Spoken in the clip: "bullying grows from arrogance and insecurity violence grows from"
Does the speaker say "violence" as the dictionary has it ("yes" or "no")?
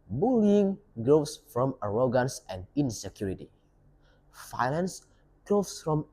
no